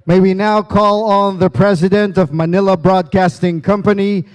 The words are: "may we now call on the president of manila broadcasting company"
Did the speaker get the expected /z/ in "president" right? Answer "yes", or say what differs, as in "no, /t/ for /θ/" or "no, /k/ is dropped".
yes